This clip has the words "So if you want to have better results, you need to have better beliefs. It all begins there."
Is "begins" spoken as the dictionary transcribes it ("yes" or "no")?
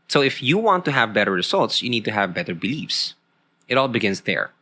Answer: no